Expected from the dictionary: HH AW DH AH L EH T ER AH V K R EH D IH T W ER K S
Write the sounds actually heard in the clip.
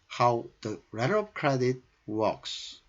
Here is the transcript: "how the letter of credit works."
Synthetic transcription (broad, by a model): HH AW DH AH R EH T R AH P K R EH D IH T W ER K S